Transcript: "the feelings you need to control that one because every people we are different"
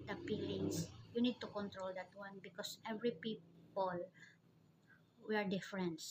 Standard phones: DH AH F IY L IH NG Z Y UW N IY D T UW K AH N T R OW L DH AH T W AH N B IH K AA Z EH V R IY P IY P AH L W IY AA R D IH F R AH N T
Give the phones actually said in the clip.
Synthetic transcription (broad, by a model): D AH P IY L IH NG S Y UW N IY D T UW K AH N T R OW L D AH T W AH N B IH K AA S EH V R IY P IY P AH L W IY AA R D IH F R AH N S